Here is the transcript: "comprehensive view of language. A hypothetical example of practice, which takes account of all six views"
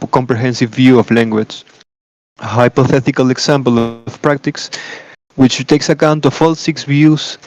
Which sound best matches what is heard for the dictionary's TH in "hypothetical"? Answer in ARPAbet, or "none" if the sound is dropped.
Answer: TH